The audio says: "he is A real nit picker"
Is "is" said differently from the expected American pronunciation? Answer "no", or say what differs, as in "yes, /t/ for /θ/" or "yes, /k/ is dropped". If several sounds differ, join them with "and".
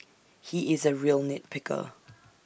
no